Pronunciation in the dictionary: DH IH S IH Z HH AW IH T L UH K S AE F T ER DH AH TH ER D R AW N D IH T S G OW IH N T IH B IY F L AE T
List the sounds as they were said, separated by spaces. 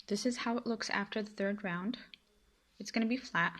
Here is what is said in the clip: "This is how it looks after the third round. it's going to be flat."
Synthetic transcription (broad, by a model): DH IH S IH Z HH AW IH T L UH K S AE F T ER DH AH TH ER D R AW N D IH T S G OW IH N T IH B IY F L AE T